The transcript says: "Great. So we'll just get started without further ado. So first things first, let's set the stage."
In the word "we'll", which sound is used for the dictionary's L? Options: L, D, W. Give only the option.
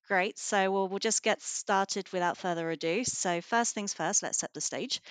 L